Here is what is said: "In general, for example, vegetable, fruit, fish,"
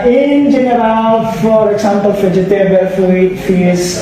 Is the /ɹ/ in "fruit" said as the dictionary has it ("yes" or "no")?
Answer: no